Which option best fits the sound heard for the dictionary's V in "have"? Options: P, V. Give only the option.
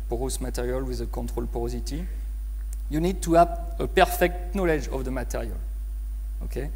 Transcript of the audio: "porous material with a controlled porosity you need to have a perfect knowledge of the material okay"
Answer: P